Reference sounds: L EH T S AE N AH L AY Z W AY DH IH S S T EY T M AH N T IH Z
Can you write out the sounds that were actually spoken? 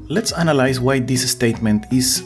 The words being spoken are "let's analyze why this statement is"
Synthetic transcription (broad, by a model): L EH T S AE N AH L AY S W AY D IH S S T EY T M AH N T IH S